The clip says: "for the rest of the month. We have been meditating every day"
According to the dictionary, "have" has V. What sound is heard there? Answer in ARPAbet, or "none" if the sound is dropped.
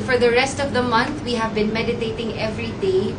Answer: V